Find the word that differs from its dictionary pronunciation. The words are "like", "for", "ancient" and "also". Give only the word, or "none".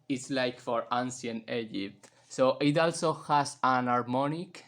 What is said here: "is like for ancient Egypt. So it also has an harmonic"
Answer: ancient